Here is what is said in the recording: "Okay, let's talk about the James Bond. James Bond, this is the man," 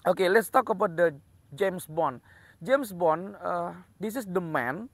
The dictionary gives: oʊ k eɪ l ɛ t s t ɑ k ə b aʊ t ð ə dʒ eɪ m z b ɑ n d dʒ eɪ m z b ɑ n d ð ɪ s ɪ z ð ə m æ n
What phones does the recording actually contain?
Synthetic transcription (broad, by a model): oʊ k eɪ l ɛ t s t ɑ k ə b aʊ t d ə dʒ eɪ m s b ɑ n dʒ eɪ m s b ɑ n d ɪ s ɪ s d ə m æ n